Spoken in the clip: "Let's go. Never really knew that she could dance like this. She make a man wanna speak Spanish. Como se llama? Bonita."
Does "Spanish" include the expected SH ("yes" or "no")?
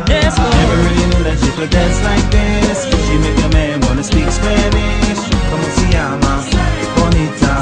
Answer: no